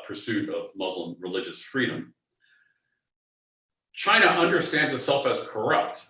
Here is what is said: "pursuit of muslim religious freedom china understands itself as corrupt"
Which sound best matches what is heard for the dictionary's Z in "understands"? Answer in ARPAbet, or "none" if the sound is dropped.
Z